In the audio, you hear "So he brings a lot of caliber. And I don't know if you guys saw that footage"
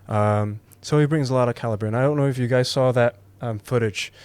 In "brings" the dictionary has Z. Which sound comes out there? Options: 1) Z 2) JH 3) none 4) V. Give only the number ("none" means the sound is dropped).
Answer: 1